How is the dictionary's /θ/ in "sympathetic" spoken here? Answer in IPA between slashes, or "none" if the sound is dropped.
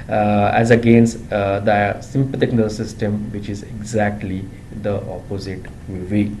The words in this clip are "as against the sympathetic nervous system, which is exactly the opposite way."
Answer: /t/